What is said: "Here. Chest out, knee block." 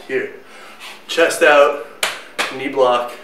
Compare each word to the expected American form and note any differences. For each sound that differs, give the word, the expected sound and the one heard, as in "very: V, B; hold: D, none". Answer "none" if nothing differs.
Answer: none